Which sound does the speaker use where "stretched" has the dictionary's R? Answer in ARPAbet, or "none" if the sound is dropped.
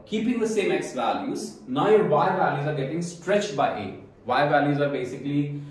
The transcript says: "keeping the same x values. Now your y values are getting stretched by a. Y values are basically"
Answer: R